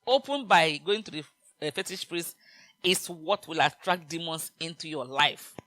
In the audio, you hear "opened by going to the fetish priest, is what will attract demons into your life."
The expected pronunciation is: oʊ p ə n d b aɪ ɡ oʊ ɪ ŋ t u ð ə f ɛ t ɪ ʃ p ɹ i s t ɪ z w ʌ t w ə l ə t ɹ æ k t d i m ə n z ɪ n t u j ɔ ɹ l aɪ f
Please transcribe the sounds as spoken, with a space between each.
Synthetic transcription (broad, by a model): oʊ p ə n b aɪ ɡ oʊ ɪ ŋ t u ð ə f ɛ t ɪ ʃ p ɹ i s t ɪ s w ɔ t w ə l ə t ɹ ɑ k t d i m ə n s ɪ n t u j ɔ l aɪ f